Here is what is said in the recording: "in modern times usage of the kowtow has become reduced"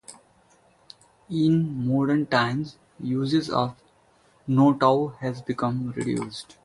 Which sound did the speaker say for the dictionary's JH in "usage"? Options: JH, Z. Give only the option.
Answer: Z